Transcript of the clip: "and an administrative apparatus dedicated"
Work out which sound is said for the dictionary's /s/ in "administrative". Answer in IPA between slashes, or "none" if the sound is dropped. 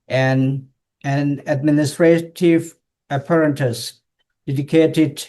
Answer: /s/